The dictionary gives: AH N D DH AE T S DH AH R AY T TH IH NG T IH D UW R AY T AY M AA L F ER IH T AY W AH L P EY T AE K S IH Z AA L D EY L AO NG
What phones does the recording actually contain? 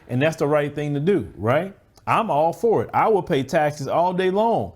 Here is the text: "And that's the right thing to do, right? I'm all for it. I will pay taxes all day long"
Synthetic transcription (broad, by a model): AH N DH AE T S DH AH R AY T TH IH NG T IH D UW R AY T AY M AA L F ER IH T AY W AH L P EY T AE K S IH Z AA L D EY L AO NG